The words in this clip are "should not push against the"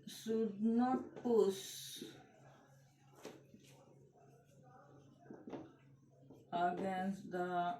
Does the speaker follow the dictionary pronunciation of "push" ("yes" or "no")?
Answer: no